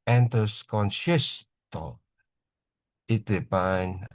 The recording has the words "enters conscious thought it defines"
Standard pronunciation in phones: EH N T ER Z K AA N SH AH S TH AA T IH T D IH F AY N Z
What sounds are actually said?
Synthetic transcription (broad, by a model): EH N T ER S K AA N SH AH S T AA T IH T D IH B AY N